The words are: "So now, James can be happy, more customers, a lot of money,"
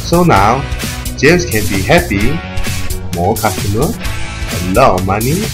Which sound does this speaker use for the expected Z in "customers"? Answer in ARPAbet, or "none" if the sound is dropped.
none